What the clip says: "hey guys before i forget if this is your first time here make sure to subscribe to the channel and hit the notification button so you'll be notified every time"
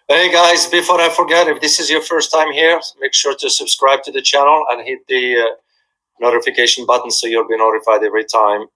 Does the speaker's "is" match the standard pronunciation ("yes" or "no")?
yes